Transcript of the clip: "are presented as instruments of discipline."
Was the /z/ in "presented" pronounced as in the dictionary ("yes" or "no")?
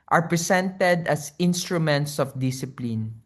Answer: no